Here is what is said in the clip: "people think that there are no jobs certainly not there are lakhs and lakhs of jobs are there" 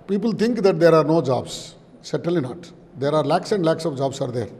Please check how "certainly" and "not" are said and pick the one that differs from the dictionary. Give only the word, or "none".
certainly